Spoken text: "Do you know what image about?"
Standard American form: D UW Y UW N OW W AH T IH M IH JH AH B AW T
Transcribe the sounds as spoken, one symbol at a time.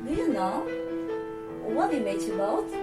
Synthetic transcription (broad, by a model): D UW Y UW N OW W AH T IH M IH CH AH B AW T